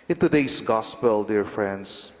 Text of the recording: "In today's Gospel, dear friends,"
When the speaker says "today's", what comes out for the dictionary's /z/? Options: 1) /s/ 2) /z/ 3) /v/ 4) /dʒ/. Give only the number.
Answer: 1